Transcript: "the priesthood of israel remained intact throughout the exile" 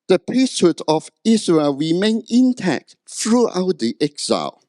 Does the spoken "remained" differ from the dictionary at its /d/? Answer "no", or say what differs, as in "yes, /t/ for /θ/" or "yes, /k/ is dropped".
yes, /d/ is dropped